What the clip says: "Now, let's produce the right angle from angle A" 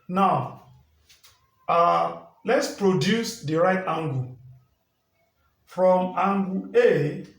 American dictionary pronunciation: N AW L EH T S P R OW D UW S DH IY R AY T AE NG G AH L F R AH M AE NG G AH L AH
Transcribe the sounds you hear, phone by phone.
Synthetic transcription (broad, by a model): N AW L EH T S P R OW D UW S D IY R AY T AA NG G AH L F R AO M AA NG G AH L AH